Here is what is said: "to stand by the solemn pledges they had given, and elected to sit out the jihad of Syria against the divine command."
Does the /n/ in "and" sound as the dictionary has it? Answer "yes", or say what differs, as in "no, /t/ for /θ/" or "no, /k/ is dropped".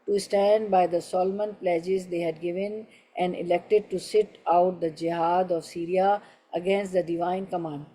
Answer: yes